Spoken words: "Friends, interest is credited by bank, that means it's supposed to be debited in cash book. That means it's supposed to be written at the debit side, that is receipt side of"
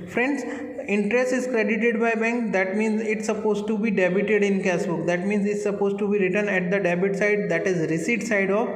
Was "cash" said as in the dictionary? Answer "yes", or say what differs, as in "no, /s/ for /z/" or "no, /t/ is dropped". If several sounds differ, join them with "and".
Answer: no, /s/ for /ʃ/